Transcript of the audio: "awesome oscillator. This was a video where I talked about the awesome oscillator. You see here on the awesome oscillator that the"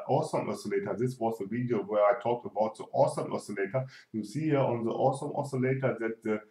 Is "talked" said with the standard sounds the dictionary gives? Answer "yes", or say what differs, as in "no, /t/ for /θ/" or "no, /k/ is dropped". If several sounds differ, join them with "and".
yes